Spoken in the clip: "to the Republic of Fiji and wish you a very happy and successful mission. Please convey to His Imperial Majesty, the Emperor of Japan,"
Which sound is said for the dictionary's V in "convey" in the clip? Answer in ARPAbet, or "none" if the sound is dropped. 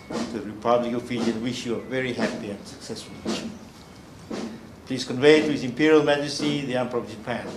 V